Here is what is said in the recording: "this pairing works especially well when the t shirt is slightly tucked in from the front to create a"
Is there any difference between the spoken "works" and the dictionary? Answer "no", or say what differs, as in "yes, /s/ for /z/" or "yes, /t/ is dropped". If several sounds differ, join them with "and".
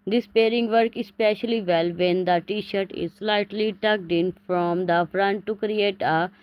yes, /s/ is dropped